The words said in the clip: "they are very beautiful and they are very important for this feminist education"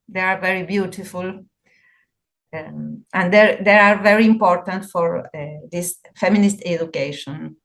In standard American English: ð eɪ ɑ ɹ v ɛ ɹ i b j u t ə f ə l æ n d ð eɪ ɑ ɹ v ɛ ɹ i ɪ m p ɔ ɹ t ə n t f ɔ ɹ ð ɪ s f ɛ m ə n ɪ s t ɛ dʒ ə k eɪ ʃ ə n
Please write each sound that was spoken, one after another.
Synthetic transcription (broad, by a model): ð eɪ ɑ ɹ v ɛ ɹ i b j u t ə f ə l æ n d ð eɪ ɑ ɹ v ɛ ɹ i ɪ m p ɔ ɹ t ə n t f ɔ ɹ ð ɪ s f ɛ m ə n ɪ s t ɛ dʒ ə k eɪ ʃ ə n